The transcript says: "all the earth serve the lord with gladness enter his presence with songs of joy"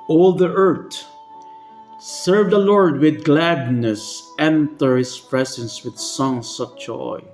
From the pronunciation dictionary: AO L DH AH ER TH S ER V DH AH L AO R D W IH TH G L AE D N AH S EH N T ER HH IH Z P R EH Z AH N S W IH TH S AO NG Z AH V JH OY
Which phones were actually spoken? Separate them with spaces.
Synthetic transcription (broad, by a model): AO L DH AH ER T S ER V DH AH L AO R D W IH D G L AE D N AH S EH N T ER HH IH S P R EH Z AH N S W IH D S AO NG S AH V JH OY